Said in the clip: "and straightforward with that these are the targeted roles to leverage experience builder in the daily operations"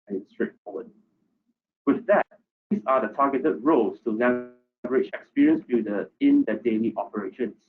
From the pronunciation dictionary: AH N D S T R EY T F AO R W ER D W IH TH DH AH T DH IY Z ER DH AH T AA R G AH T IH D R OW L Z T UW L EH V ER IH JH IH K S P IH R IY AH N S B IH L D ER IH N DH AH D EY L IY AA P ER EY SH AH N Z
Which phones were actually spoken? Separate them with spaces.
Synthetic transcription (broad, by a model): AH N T S T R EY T F AO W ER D W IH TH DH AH T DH IY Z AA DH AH T AA G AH T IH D R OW L S T UW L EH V ER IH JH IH K S P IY R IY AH N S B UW D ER IH N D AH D EY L IY AA P ER EY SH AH N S